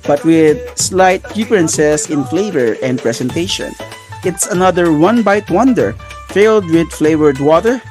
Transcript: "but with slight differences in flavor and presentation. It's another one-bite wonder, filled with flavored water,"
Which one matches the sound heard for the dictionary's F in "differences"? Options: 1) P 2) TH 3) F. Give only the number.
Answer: 1